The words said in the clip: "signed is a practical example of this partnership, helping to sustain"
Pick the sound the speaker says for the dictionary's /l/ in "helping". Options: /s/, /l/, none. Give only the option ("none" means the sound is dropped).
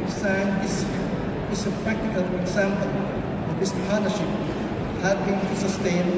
none